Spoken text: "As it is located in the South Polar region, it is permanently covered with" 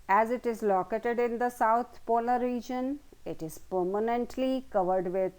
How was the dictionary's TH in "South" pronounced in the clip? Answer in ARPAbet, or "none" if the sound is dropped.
T